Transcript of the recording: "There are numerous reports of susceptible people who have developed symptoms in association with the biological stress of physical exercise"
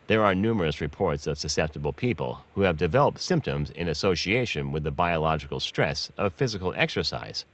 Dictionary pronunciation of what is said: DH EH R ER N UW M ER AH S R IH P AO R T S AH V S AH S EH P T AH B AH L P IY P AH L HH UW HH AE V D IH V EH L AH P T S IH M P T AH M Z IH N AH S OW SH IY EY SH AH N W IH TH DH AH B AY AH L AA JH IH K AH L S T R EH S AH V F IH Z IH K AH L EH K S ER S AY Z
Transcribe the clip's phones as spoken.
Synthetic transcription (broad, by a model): DH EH R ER N UW M ER AH S R IH P AO R T S AH V S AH S EH P T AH B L P IY P AH L HH UW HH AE V D IH V EH L AH P T S IH M P T AH M Z IH N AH S OW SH IY EY SH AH N W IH DH AH B AY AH L AA JH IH K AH L S T R EH S AH V F IH Z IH K L EH K S ER S AY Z